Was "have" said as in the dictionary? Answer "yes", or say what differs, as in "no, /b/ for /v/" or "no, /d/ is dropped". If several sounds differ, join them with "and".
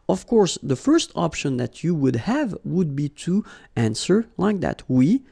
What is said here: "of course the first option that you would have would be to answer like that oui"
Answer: yes